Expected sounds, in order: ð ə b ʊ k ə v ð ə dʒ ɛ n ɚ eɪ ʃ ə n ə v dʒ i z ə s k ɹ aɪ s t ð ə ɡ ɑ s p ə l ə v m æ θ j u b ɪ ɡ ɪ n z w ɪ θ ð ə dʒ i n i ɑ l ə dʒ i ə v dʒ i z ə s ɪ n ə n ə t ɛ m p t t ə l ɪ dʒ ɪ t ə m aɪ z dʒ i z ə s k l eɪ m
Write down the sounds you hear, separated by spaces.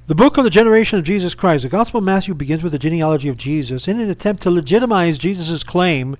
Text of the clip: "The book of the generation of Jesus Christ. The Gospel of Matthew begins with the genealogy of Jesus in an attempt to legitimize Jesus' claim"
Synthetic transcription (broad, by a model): ð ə b ʊ k ə v ð ə dʒ ɛ n ɚ eɪ ʃ ə n ə v dʒ i z ə s k ɹ aɪ s t ð ə ɡ ɑ s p l ə v m æ θ j u b ɪ ɡ ɪ n z w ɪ ð ə dʒ i n i ɑ l ə dʒ i ə v dʒ i z ə s ɪ n ə n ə t ɛ m p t t ə l ɪ dʒ ɪ t ə m aɪ z dʒ i z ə s k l eɪ m